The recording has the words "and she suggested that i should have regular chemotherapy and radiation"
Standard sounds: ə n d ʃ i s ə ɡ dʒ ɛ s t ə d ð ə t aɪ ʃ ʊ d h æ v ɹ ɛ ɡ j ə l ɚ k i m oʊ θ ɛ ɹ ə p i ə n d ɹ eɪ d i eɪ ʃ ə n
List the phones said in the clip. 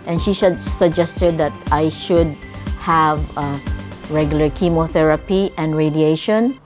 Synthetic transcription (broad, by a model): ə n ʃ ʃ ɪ s ə ɡ dʒ ɛ s t ə d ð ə t aɪ ʃ ʊ d h æ v ɹ ɛ ɡ j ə l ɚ k i m oʊ θ ɛ ɹ ə p i ə n d ɹ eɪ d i eɪ ʃ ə n